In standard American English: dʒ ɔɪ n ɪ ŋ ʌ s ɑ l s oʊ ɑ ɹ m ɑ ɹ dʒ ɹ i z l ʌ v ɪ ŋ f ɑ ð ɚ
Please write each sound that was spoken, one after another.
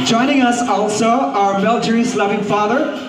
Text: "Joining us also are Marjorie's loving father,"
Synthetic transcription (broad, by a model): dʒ ɔɪ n ɪ ŋ ʌ s ɑ l s oʊ ɑ ɹ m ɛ l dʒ ɹ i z l ʌ v ɪ ŋ f ɑ ð ɚ